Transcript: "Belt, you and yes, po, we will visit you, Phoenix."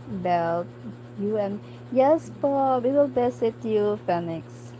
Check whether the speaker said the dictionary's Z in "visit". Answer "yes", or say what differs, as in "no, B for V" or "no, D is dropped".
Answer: no, S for Z